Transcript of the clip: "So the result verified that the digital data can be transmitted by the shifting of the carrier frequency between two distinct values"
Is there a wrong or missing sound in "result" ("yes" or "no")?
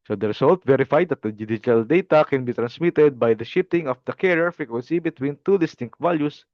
yes